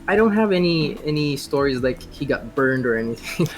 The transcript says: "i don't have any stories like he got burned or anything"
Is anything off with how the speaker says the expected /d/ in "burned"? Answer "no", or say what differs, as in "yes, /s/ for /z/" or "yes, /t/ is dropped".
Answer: no